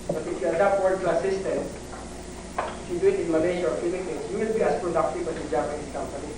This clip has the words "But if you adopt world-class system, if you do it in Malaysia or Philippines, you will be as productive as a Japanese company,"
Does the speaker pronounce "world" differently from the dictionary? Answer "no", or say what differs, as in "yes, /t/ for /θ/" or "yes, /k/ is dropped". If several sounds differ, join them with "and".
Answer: yes, /l/ is dropped